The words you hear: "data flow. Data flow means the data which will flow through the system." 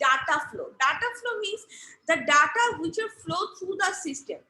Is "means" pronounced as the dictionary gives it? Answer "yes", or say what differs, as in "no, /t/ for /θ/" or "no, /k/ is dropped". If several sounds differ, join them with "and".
no, /n/ is dropped